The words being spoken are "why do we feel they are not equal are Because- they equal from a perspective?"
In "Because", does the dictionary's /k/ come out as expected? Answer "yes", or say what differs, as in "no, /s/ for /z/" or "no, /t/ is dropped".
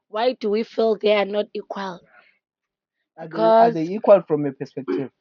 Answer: no, /k/ is dropped